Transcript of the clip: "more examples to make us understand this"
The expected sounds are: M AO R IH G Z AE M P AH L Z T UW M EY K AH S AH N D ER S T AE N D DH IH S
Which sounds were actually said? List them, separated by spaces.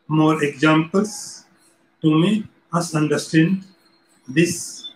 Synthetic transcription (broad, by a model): M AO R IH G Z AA M P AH L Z T UW M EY AH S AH N D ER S T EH N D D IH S